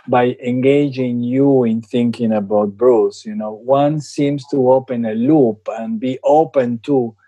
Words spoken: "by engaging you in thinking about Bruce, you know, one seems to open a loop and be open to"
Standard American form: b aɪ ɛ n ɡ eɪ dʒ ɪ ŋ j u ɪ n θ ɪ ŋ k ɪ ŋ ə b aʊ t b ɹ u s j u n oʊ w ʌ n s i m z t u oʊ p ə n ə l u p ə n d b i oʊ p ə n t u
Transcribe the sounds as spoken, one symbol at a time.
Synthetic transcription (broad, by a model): b aɪ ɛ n ɡ eɪ dʒ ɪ ŋ j u ɪ n θ ɪ ŋ k ɪ ŋ ə b aʊ t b ɹ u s j u n oʊ w ʌ n s i m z t u oʊ p ə n ə l u p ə n b i oʊ p ə n t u